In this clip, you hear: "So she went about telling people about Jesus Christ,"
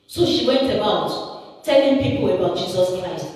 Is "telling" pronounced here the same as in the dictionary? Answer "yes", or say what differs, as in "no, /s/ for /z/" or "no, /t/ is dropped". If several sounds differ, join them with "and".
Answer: yes